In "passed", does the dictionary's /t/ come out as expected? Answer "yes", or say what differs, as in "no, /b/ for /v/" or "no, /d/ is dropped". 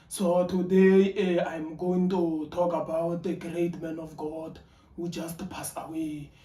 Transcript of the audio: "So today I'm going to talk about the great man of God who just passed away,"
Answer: no, /t/ is dropped